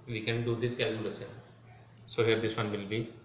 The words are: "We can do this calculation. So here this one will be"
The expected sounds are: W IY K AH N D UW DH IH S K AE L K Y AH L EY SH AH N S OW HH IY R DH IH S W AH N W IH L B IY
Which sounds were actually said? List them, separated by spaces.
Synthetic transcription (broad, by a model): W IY K AH N D UW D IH S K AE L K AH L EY S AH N S OW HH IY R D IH S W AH N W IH L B IY